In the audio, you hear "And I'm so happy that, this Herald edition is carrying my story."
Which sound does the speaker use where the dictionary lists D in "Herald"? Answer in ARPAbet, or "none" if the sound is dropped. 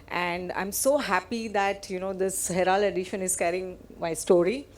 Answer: none